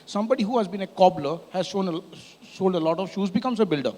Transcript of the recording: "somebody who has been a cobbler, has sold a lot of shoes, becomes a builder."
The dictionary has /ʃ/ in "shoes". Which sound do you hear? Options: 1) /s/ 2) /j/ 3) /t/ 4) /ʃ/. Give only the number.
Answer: 4